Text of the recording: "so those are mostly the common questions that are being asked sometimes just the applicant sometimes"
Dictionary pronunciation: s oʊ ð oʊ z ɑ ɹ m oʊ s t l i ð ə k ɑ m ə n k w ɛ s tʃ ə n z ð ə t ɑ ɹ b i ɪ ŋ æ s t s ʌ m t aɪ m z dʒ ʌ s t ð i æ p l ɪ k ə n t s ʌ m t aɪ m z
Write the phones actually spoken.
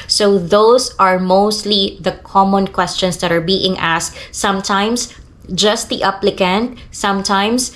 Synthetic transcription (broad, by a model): s oʊ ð oʊ s ɑ ɹ m oʊ s t l i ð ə k ɑ m ə n k w ɛ s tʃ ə n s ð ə t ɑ ɹ b i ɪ ŋ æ s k s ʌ m t aɪ m s dʒ ʌ s t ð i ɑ p l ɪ k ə n t s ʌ m t aɪ m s